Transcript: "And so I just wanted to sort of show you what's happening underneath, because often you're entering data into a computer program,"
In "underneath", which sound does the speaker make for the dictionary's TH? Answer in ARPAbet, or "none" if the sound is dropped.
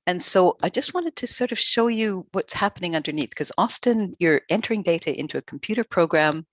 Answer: TH